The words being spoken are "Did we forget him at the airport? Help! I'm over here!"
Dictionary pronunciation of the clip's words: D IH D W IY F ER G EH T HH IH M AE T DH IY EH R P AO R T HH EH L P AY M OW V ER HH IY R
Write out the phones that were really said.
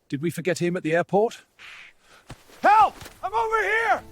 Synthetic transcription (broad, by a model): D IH D W IY F ER G EH T HH IH M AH T DH IY EH R P AO R T HH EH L AY M OW V ER HH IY R